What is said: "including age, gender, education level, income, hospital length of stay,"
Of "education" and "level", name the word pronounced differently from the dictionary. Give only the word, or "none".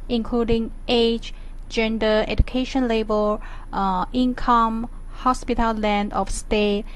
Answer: level